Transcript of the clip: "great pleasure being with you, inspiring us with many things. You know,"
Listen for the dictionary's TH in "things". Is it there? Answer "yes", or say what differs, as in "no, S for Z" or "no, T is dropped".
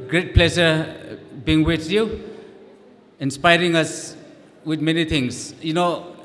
no, T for TH